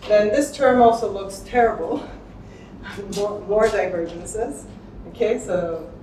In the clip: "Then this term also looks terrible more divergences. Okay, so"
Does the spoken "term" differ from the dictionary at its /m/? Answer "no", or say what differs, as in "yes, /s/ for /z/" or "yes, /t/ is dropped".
no